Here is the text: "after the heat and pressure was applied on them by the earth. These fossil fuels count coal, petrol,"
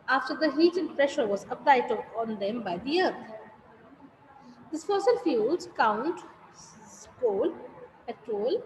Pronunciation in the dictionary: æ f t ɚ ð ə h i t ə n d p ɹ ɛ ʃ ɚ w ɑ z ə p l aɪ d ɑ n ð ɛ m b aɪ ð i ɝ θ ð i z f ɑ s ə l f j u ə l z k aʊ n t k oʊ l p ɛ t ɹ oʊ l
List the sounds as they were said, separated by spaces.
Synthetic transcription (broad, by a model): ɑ f t ɚ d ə h i t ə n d p ɹ ɛ ʃ ɚ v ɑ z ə p l aɪ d ɑ n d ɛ m b aɪ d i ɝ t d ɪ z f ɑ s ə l f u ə l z k aʊ n t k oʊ l p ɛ t ɹ oʊ l